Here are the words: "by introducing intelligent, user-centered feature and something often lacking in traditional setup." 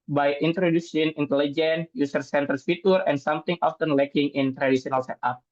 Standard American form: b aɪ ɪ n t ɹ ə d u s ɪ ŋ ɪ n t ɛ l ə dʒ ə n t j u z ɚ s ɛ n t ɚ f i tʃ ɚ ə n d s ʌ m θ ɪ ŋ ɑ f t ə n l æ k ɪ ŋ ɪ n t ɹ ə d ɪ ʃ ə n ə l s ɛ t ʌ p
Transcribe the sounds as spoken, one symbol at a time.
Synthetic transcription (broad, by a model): b aɪ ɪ n t ɹ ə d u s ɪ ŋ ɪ n t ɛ l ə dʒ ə n j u s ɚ s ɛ n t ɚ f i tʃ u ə n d s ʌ m t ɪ ŋ ɑ f t ə n l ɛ k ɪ ŋ ɪ n t ɹ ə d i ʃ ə n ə l s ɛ t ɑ p